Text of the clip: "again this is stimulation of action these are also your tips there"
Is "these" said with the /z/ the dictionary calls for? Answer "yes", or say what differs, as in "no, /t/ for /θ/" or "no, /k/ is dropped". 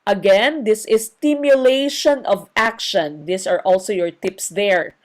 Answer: no, /s/ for /z/